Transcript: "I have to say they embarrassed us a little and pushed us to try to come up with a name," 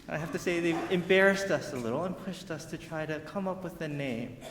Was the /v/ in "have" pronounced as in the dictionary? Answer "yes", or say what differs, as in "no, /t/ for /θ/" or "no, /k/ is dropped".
no, /f/ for /v/